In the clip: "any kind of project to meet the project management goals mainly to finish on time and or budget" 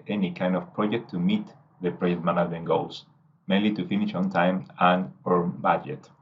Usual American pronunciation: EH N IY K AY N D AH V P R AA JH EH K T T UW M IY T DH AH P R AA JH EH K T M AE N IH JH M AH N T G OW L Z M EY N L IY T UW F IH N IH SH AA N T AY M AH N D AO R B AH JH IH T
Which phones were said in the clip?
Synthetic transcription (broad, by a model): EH N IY K AY N D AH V P R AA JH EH K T T UW M IY T DH AH P R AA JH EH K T M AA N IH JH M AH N G OW L S M EY N L IY T UW F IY N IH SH AA N T AY M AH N AO R B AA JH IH T